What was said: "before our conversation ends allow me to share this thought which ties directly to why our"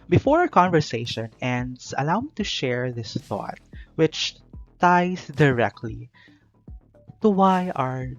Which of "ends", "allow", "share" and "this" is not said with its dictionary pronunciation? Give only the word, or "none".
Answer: ends